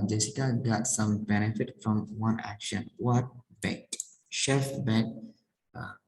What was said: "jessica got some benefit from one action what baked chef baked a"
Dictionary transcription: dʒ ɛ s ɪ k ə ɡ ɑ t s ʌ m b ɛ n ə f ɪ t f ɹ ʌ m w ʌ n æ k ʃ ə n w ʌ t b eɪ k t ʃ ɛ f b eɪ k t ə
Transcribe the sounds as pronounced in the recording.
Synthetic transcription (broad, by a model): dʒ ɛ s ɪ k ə ɡ ɑ t s ʌ m b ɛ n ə f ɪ t f ɹ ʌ m w ʌ n æ k ʃ ə n w ʌ t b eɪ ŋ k ʃ ɛ f b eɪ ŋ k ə